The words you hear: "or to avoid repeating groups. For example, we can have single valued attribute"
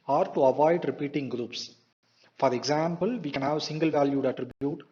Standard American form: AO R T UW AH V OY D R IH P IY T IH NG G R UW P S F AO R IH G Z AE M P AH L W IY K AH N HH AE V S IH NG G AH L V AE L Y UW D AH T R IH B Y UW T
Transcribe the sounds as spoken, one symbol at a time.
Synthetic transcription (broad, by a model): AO R T UW AH V OY D R IH P IY T IH NG G R UW P S F AO R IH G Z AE M P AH L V IY K AH N HH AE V S IH NG G AH L V AE L Y UW D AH T R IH B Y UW T